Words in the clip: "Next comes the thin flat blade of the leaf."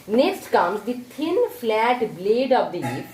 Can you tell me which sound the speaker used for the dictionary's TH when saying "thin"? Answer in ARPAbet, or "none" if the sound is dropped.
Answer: T